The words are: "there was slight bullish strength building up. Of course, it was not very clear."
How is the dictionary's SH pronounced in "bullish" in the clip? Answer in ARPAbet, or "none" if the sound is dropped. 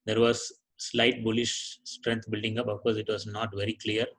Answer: SH